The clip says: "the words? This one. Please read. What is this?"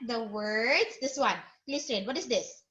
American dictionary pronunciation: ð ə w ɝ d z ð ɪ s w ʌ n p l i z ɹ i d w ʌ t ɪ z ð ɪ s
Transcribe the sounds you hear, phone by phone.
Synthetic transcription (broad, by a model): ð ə w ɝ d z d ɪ s w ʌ n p l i s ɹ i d w ʌ t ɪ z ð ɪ s